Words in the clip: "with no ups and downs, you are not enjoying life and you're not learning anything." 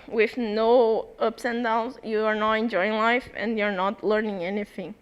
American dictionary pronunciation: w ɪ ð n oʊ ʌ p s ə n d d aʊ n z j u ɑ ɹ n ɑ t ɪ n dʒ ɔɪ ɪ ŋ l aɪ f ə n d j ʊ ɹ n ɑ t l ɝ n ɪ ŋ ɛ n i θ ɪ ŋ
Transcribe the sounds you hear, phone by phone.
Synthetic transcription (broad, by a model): w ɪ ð n oʊ ʌ p s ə n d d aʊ l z j u ɑ ɹ n ɑ t ɪ n dʒ ɔɪ ɪ ŋ l aɪ f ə n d j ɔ ɹ n ɑ t l ɝ n ɪ ŋ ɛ n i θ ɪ ŋ